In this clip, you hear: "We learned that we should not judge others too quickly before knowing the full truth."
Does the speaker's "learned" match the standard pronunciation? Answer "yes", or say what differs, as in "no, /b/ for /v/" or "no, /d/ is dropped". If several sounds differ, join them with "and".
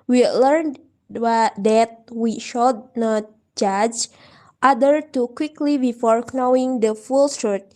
yes